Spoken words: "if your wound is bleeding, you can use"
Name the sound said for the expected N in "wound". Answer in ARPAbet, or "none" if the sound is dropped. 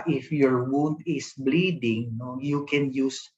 N